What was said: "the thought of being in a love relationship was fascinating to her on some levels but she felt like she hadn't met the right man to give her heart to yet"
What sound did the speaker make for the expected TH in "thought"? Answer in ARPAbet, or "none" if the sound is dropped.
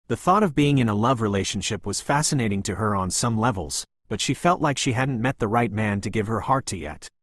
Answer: TH